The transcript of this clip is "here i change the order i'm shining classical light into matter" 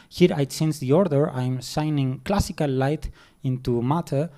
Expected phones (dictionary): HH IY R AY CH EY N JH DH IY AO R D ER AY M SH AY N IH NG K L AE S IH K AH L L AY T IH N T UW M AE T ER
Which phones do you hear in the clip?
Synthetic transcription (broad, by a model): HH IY R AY S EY N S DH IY AO R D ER AY M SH AY N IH NG K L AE S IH K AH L L AY T IH N T UW M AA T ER